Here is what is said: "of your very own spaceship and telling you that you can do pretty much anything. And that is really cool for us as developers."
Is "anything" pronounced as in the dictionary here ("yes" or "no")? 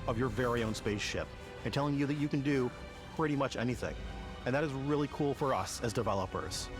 yes